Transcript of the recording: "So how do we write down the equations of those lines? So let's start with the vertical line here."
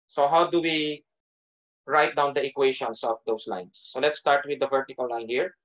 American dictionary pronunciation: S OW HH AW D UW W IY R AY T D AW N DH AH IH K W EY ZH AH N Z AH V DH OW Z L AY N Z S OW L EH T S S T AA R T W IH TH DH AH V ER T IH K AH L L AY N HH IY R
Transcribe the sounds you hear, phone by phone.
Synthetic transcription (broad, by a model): S OW HH AW D UW W IY R AY T D AW N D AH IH K W EY SH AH N S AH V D OW S L AY N S OW L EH T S S T AA R T W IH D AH V ER T IH K AH L L AY N HH IY R